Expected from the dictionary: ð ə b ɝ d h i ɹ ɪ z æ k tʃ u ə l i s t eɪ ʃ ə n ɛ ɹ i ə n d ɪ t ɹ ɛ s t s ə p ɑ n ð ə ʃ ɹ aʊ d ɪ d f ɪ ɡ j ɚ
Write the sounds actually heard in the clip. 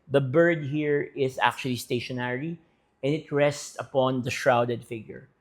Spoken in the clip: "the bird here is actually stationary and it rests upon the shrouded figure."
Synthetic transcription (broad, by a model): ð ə b ɝ d h i ɹ ɪ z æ k tʃ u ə l i s t eɪ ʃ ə n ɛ ɹ i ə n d ɪ t ɹ ɛ s t s ə p ɑ n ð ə ʃ ɹ aʊ d ɪ d f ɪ ɡ j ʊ